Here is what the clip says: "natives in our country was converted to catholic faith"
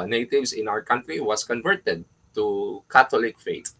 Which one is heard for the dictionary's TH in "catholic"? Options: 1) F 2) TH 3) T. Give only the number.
3